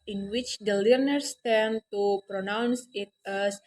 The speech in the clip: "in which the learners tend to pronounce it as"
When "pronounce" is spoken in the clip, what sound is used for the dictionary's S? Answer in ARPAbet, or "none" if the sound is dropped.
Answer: S